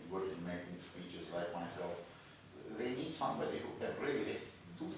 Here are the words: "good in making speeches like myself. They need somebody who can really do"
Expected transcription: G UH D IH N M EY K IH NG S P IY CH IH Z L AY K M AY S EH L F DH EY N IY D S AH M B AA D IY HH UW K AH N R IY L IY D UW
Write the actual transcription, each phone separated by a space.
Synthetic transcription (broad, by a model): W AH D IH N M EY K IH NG S P IY CH IH Z L AY K M AY S EH L F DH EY N IY D S AH M B AA D IY HH UW K AH N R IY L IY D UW